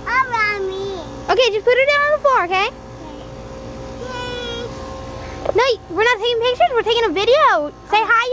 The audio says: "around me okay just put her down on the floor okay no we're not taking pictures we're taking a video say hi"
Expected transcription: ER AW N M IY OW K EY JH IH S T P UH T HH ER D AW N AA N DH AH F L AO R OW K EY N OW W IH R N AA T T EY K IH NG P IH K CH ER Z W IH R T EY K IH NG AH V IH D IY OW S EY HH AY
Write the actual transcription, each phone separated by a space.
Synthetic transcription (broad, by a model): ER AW M IY OW K EY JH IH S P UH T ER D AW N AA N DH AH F AO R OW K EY N OW W IH R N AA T T EY K IH NG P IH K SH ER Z W IH R T EY K IH NG AH V IH D IY OW S EY HH AY